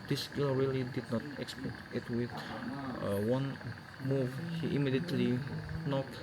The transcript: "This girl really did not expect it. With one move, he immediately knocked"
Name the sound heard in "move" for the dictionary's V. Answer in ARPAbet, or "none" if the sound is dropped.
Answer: V